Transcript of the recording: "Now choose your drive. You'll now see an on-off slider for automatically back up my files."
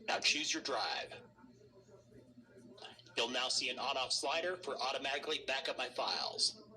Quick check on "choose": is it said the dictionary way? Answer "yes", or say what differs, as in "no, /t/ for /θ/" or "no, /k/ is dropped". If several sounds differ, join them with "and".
yes